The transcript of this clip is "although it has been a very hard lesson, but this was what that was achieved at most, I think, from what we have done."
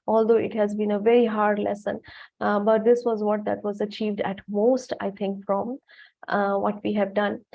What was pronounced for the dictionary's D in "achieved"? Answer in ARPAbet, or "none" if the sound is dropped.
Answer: D